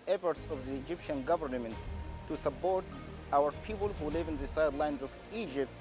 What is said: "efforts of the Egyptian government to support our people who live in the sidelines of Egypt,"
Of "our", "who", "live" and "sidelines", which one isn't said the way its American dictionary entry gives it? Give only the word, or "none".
none